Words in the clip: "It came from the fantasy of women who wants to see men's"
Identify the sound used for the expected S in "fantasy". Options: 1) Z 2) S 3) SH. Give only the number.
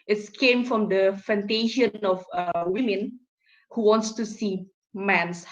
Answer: 3